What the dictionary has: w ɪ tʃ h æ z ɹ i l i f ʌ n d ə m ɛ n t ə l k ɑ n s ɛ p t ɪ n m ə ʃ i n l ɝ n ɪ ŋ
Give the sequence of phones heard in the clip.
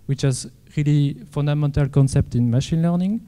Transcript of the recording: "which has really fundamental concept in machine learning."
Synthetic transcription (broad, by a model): w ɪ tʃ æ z ɹ i l i f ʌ n d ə m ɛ n t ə l k ɑ n s ɛ p t ɪ n m ə ʃ i n l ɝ n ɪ ŋ